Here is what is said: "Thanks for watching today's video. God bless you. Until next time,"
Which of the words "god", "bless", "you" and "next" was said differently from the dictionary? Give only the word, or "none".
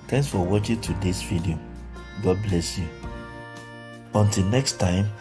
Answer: none